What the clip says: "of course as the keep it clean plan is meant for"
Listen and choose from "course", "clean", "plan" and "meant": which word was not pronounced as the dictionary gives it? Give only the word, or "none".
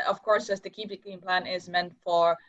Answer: clean